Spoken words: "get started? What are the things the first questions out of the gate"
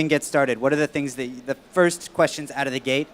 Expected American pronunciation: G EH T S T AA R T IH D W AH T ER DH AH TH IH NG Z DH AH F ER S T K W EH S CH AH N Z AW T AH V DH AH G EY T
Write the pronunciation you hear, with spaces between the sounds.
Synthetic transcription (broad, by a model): G EH T S T AA R T IH D W AH T ER DH AH TH IH NG Z DH AH F ER S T K W EH S CH AH N Z AW T AH V DH AH G EY T